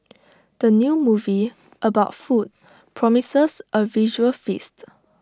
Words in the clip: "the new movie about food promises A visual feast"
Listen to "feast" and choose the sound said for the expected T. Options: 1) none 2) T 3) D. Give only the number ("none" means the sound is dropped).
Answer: 2